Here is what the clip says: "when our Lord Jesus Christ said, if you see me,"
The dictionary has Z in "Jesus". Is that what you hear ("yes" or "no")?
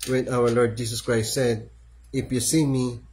no